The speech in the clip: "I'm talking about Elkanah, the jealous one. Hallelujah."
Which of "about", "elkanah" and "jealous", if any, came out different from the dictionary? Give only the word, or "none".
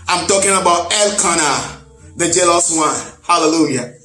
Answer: none